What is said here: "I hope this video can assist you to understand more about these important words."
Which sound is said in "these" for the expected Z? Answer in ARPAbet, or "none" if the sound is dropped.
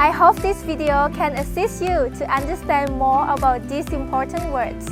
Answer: S